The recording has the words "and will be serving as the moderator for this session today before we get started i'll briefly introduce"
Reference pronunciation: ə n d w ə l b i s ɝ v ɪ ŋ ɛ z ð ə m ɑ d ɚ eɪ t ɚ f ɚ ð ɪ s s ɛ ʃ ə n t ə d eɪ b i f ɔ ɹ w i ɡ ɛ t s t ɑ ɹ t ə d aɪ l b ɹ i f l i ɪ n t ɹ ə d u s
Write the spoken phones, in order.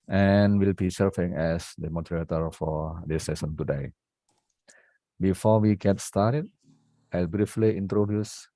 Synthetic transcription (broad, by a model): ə n w ə l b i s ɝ f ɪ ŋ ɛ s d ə m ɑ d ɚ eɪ t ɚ f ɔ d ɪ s s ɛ s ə n t ə d eɪ b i f ɔ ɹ w i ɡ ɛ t s t ɑ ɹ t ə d aɪ l b ɹ i f l i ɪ n t ɹ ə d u s